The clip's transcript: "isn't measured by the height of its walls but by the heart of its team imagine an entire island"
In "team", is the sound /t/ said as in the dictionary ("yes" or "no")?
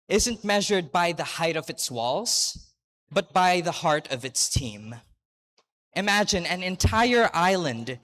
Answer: yes